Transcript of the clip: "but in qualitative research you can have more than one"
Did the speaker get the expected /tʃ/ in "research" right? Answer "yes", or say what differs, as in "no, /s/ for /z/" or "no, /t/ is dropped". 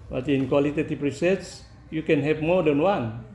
no, /s/ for /tʃ/